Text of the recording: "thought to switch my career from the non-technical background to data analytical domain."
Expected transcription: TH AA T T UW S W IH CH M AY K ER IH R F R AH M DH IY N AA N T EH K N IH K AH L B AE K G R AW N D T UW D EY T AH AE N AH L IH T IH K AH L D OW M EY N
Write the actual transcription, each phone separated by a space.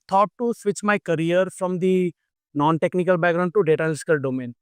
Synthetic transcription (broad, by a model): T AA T T UW S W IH CH M AY K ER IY R F R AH M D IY N AA N T EH K N IH K AH L B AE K G R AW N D T UW D EY T AH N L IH S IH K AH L D OW M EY N